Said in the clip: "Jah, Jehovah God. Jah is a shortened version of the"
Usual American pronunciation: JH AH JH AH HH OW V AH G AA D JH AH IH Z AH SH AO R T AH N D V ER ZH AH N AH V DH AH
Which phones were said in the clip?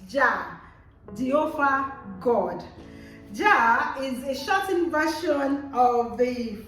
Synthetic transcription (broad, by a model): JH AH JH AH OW F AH G AA D JH AH IH Z AH SH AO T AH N V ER SH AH N AH V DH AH